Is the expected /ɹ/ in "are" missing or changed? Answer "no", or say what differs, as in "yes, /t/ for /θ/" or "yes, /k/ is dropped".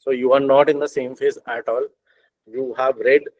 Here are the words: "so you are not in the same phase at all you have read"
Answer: no